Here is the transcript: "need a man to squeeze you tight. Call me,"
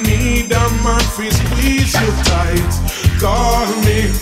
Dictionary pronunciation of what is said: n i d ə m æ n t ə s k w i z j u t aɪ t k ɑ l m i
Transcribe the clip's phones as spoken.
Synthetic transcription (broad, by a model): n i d ə m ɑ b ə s w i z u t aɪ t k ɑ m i